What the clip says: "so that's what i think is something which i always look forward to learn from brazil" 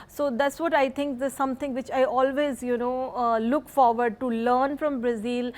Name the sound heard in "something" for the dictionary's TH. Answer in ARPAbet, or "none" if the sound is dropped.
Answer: T